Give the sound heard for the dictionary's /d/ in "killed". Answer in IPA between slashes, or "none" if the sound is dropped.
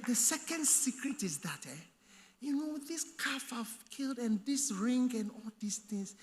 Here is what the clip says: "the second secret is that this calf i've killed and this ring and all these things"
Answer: /d/